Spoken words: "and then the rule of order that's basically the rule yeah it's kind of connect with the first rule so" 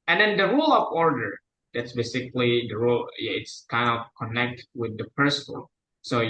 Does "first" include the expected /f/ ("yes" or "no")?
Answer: no